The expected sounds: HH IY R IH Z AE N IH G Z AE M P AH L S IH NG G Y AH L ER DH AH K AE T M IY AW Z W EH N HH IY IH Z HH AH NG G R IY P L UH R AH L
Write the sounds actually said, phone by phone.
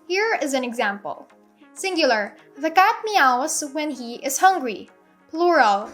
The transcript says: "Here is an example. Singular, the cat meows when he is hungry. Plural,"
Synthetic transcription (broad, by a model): HH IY R IH Z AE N IH G Z AE M P AH L S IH NG G Y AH L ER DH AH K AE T M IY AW S W EH N HH IY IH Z HH AH NG G R IY P L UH R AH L